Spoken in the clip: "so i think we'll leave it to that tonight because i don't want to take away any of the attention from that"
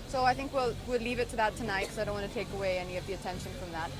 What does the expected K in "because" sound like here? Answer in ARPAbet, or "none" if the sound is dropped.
none